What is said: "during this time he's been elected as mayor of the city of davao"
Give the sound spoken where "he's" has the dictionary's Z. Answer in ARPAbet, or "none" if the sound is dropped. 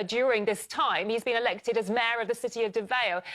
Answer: Z